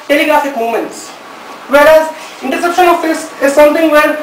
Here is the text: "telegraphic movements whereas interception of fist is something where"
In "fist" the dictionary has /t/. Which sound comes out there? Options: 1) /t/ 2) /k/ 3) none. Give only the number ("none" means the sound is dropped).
3